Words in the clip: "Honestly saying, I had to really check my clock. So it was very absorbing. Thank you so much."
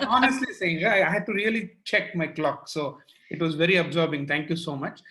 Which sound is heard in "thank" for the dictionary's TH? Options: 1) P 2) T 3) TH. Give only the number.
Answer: 2